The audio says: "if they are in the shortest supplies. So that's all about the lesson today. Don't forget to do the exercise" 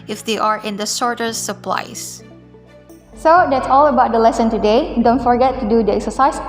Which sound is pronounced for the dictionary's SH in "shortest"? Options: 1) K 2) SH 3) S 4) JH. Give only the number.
3